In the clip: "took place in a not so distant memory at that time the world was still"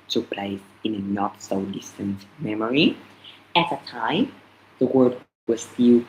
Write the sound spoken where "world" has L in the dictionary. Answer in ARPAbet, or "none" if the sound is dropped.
none